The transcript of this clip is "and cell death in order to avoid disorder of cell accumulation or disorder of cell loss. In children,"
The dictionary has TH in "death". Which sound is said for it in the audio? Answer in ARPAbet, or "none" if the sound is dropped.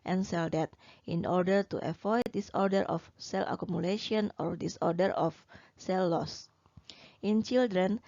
T